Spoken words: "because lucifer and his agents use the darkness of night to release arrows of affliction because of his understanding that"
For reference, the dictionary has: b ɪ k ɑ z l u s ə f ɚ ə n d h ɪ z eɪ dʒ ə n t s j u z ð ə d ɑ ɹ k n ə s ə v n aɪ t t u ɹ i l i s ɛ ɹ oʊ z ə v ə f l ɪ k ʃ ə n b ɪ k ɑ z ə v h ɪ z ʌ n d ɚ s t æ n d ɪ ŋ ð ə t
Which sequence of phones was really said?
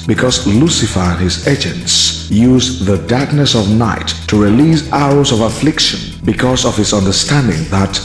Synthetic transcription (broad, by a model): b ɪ k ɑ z l u s ə f ɚ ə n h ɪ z eɪ dʒ ə n t s j u z ð ə d ɑ ɹ k n ə s ə v n aɪ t t u ɹ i l i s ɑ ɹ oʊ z ə v ə f l ɪ k ʃ ə n b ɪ k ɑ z ə v h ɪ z ʌ n d ɚ s t æ n d ɪ ŋ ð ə t